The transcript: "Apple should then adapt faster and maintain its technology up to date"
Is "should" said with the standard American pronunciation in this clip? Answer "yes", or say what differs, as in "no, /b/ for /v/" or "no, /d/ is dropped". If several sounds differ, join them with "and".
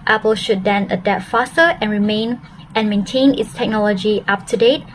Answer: yes